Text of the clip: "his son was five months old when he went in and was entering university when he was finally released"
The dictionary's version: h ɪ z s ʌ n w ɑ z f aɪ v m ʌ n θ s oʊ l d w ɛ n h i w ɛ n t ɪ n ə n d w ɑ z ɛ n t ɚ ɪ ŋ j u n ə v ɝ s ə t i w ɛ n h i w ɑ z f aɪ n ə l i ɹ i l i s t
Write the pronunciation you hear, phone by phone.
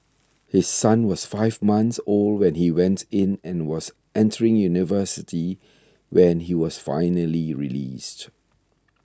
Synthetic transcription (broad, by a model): h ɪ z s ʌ n w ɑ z f aɪ v m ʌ n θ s oʊ l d w ɛ n h i w ɛ n t ɪ n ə n w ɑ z ɛ n t ɚ ɪ ŋ j u n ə v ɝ s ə t i w ɛ n h i w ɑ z f aɪ n ə l i ɹ i l i s t